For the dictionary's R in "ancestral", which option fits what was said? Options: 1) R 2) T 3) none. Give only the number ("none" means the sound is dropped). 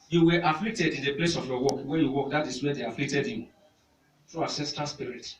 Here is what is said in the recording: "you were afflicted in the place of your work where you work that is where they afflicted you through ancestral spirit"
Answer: 3